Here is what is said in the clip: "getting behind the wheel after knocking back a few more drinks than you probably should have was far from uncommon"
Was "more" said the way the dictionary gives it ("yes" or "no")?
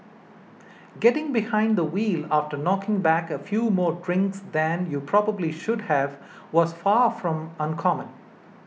yes